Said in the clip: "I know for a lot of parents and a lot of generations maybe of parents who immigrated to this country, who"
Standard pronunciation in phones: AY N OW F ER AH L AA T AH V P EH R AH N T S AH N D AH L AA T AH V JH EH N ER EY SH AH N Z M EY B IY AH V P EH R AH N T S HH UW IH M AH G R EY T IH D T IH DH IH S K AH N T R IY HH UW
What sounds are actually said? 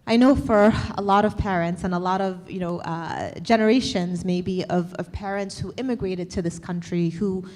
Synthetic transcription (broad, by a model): AY N OW F ER AH L AA T AH V P EH R AH N T S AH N AH L AA T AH V JH EH N ER EY SH AH N Z M EY B IY AH V P EH R AH N T S HH UW IH M AH G R EY T IH D T IH DH IH S K AH N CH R IY HH UW